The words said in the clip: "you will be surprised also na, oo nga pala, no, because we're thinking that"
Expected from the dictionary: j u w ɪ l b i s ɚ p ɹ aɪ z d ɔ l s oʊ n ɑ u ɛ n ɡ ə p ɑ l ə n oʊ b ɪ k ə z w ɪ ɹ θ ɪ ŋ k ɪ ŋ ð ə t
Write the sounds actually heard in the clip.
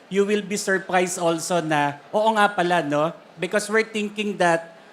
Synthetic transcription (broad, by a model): j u w ɪ l b i s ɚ p ɹ aɪ s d ɔ l s oʊ n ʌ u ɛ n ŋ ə p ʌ l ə n oʊ b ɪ k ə s w ɪ ɹ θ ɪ ŋ k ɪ ŋ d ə t